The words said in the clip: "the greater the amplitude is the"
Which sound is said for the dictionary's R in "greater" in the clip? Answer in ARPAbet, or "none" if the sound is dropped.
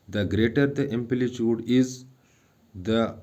R